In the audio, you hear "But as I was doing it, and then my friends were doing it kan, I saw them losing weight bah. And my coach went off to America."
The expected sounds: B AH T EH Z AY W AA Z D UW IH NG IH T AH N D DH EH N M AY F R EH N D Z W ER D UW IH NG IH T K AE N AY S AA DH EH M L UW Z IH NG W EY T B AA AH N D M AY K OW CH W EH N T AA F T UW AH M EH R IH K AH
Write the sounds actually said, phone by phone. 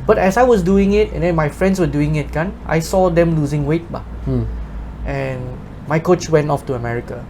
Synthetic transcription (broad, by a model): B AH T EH S AY W AA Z D UW IH NG IH T AH N D EH N M AY F R EH N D S W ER D UW IH NG IH T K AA N AY S AA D EH M L UW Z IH NG W EY T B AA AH N M AY K OW CH W EH N T AA F T UW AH M EH R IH K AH